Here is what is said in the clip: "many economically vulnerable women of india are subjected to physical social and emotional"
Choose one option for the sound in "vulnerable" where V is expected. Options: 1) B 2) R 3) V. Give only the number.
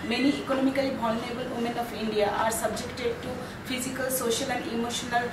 1